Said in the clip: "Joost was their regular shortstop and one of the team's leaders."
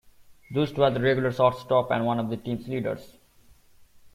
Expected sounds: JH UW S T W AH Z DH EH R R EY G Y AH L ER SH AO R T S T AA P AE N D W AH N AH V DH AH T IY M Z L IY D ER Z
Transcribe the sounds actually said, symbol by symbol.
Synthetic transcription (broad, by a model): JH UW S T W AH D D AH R R EY G Y AH L ER S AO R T S T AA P AE N D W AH N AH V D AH T IY M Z L IY D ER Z